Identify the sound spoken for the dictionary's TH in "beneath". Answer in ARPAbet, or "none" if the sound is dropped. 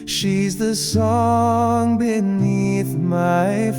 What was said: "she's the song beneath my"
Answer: TH